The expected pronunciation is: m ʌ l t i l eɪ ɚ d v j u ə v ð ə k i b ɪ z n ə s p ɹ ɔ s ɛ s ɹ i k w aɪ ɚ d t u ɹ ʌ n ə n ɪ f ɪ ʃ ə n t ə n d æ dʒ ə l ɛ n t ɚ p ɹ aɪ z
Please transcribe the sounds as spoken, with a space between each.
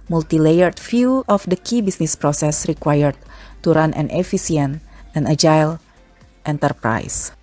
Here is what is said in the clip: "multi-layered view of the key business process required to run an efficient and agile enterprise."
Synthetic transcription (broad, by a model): m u l t i l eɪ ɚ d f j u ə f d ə k i b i s n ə s p ɹ ɔ s ɛ s ɹ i k w aɪ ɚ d t u ɹ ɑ n ə n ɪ f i s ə n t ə n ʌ dʒ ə l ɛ n t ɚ p ɹ aɪ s